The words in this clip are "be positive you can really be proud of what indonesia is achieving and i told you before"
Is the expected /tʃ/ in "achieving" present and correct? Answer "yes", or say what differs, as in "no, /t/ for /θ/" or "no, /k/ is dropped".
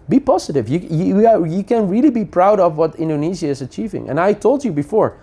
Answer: yes